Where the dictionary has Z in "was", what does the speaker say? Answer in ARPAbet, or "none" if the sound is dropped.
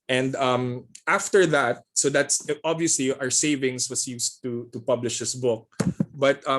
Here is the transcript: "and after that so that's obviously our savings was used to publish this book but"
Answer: S